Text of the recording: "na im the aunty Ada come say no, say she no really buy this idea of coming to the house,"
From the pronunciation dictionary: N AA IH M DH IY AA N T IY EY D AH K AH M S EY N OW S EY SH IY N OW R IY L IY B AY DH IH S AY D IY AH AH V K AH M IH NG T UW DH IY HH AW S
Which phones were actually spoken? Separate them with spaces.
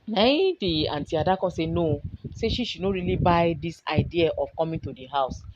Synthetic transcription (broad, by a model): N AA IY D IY AA N T IY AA D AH K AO S EY N OW S EY SH IY N OW R IY L IY B AY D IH S AY D IY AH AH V K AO M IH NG T UW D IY HH AW S